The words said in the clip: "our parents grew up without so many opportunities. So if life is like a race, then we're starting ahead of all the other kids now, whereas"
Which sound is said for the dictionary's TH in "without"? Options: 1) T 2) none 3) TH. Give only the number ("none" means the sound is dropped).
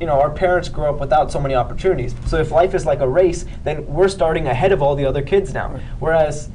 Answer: 3